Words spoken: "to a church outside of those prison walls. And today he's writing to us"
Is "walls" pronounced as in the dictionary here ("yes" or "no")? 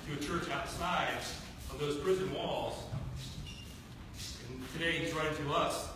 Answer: yes